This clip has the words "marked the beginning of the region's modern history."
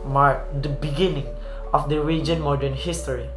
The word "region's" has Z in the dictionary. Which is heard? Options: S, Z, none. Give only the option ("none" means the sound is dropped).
none